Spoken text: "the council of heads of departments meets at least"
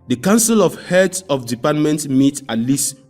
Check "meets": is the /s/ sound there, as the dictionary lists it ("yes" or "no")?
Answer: no